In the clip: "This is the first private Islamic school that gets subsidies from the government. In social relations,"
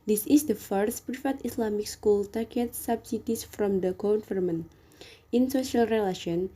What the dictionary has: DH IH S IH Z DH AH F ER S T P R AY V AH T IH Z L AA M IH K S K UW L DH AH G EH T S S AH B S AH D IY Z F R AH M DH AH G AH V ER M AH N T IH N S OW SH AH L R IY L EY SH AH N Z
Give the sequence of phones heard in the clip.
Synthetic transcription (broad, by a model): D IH S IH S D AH F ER S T P R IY F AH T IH S L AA M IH K S K UW L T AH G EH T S S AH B S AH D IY S F R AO M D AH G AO F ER M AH N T IH N S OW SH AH L R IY L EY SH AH N